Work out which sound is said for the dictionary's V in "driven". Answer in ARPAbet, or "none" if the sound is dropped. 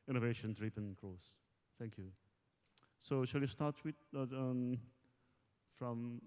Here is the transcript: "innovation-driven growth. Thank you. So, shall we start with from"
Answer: P